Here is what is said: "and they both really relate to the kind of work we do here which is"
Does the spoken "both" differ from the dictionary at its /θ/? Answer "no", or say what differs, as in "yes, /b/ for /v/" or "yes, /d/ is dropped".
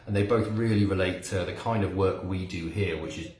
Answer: no